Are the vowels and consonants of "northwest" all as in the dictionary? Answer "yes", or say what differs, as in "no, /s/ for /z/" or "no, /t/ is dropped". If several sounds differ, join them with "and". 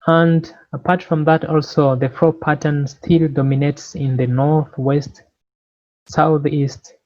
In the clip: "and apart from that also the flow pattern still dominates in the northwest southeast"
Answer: yes